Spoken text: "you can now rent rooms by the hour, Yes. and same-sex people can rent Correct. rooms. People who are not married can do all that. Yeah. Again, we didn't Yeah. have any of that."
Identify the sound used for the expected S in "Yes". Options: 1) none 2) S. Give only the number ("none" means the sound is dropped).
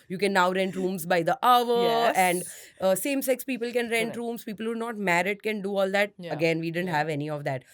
1